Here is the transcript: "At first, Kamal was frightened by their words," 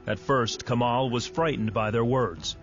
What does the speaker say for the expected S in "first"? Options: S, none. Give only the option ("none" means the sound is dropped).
S